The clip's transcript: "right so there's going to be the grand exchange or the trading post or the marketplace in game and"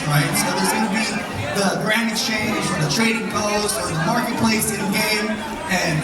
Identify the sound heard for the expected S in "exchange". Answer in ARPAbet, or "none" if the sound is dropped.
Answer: none